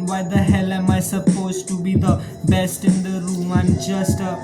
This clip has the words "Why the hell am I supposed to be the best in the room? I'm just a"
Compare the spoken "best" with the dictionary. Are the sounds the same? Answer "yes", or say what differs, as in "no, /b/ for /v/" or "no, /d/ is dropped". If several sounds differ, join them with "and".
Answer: yes